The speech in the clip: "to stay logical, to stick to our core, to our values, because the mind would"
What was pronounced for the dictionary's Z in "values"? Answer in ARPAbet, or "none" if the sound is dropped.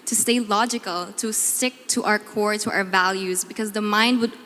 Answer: Z